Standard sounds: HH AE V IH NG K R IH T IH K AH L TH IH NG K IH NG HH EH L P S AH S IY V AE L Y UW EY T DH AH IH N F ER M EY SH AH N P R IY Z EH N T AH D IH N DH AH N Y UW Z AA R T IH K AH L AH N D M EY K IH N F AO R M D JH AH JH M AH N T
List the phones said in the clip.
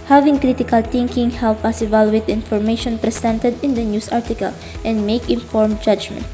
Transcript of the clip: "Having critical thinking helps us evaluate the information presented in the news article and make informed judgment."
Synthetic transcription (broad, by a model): HH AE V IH NG K R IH T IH K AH L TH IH NG K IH NG HH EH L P AH S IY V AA L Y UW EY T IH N F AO M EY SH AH N P R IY S EH N T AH D IH N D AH N Y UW S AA R T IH K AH L AH N D M EY K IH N F AO R M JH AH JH M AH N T